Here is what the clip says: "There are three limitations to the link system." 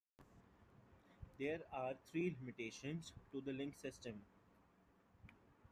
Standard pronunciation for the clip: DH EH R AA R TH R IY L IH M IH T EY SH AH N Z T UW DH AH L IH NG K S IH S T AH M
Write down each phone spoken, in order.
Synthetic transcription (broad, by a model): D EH R AA R T R IY L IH M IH T EY SH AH N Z T UW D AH L IH NG K S IH S T AH M